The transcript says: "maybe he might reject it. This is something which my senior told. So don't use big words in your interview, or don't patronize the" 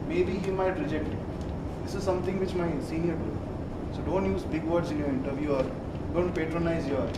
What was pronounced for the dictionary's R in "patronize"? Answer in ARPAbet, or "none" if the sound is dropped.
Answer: R